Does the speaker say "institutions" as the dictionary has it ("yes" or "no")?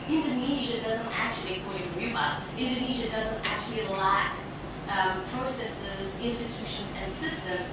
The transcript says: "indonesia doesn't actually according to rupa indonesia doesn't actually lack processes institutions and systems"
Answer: yes